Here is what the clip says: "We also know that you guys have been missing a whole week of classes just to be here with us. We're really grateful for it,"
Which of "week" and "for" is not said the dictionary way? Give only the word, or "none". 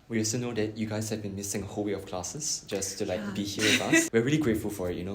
week